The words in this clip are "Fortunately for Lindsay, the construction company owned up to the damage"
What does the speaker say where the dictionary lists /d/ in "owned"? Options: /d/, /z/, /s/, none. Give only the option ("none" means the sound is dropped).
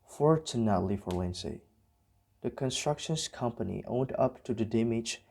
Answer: /d/